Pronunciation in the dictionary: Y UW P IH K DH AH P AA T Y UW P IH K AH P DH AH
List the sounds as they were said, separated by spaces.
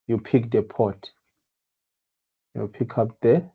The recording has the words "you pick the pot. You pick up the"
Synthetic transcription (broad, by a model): Y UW P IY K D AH P AA T Y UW P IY K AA P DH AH